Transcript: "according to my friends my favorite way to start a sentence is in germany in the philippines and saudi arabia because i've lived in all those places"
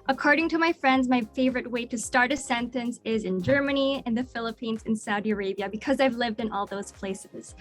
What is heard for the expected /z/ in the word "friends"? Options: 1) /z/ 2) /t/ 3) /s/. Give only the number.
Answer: 1